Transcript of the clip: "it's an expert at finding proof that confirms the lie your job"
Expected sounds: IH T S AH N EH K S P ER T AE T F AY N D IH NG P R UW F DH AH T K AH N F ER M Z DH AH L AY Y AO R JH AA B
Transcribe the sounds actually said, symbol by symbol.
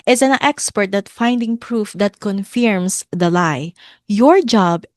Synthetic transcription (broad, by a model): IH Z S AH N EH K S P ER T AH T F AY N D IH NG P R UW F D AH T K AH N F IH M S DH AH L AY Y AO R JH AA B